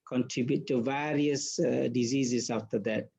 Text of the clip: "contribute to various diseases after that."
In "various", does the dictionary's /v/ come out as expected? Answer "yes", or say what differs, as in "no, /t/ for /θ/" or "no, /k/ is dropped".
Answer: yes